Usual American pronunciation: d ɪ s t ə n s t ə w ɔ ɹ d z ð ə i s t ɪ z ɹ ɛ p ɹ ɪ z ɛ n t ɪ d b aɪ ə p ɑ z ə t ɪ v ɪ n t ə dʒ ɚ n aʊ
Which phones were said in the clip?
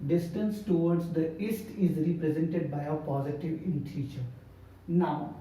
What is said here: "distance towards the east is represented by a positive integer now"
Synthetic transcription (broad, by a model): d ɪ s t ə n s t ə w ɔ ɹ d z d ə i s t ɪ z ɹ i p ɹ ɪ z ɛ n t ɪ d b aɪ ə p ɑ z ə t ɪ v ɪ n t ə tʃ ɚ n aʊ